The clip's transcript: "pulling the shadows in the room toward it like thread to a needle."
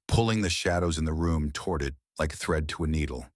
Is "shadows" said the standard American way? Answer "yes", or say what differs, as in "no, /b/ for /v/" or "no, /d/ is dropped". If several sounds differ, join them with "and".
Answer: yes